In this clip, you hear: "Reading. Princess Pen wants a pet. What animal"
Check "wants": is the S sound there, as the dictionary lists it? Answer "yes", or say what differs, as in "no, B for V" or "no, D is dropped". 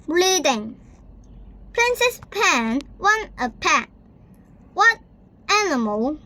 no, S is dropped